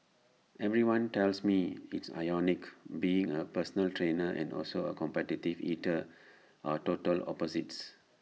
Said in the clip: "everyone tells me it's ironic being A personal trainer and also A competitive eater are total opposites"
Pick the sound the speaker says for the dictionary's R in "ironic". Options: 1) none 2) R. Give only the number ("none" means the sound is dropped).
1